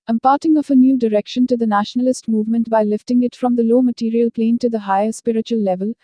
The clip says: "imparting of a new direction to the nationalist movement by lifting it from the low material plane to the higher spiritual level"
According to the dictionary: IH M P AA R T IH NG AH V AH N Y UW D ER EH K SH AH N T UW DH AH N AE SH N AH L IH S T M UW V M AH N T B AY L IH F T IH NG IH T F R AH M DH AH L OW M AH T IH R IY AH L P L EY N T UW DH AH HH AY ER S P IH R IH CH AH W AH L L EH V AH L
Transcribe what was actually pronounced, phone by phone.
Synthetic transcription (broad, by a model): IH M P AA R T IH NG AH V AH N Y UW D ER EH K SH AH N T UW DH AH N AE SH N AH L IH S T M UW V M AH N T B AY L IH F T IH NG IH T F R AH M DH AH L OW M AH T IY R IY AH L P L EY N T UW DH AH HH AY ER S P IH R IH CH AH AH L L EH V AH L